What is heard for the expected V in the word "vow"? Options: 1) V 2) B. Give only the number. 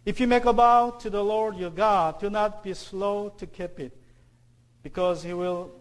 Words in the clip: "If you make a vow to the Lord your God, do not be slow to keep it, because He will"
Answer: 2